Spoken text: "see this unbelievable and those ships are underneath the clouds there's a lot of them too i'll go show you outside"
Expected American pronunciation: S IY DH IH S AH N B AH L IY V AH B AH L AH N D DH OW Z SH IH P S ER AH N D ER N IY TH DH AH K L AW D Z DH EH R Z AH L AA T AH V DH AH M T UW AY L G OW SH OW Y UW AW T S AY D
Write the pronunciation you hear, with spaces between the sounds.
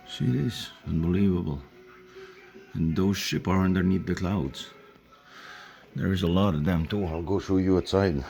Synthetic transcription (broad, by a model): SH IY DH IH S AH N B AH L IY V AH B AH L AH N DH OW Z SH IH P ER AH N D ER N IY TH DH AH K L AW D Z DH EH R Z AH L AA T AH V DH AH M T UW AY L G OW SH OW Y UW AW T S AY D